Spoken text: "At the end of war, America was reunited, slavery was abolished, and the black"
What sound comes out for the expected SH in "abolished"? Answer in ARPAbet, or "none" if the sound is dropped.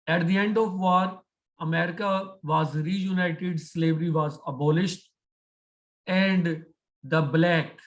SH